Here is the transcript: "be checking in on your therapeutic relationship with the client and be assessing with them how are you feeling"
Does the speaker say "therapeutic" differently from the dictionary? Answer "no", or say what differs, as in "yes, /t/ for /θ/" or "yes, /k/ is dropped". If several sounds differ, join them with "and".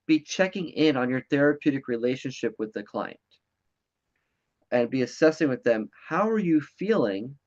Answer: no